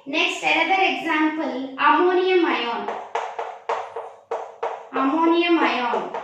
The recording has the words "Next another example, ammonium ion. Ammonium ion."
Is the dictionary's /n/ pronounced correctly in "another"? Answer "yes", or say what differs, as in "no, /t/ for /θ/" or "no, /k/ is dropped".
no, /l/ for /n/